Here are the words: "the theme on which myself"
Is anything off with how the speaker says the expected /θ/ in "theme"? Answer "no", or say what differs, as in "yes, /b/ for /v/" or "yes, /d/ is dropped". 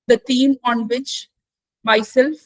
yes, /t/ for /θ/